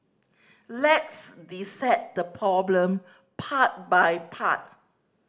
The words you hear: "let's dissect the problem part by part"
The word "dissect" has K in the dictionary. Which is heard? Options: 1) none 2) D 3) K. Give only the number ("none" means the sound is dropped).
1